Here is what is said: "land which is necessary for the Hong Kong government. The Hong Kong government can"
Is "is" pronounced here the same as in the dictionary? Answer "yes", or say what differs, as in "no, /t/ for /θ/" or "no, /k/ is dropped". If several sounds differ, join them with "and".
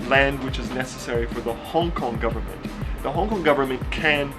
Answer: yes